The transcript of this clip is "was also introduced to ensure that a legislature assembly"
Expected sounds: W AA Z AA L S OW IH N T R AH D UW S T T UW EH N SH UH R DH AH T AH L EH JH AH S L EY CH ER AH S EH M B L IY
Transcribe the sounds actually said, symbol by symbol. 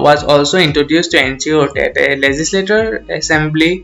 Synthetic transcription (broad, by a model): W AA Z AA L S OW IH N T R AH D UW S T T UW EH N S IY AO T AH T AH L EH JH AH S L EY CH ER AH S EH M B L IY